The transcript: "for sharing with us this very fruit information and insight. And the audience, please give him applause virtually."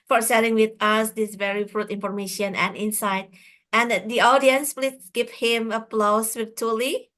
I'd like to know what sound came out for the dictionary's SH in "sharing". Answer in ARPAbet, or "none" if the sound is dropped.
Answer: S